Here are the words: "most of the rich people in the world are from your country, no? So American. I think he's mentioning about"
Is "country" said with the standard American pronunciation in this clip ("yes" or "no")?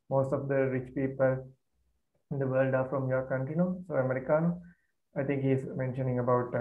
no